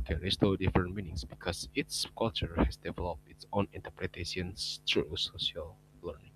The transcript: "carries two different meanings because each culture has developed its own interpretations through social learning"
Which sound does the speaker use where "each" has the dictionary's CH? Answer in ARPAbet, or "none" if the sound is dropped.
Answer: S